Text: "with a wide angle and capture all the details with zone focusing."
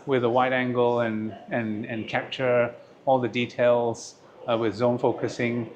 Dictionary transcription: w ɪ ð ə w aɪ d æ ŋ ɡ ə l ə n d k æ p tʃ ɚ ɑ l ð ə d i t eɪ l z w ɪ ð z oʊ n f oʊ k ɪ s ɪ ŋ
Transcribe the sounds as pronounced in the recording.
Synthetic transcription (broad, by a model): w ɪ ð ə w aɪ d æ ŋ ɡ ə n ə n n k æ p tʃ ɚ ɑ l ð ə d i t eɪ l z w ɪ ð z oʊ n f oʊ k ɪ s ɪ ŋ